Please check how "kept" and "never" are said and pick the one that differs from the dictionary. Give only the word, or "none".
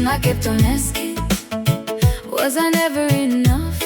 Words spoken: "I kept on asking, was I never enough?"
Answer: kept